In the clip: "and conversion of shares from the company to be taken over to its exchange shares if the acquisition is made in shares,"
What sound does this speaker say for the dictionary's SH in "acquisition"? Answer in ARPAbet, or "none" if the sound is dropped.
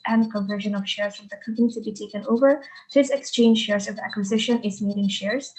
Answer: SH